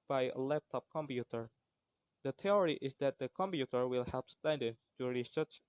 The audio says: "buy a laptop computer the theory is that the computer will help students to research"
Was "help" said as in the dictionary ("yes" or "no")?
yes